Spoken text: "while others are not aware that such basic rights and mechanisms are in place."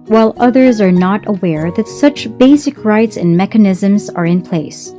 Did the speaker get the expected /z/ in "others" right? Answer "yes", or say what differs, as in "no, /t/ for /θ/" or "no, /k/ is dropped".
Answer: yes